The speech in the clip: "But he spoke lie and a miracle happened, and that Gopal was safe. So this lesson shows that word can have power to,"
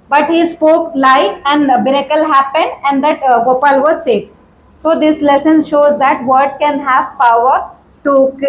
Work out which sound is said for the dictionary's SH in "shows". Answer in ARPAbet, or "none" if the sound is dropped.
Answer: SH